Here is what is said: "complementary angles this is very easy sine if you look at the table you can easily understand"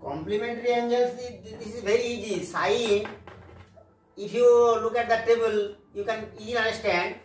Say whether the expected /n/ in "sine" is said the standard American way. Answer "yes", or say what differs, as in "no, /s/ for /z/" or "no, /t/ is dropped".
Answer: no, /n/ is dropped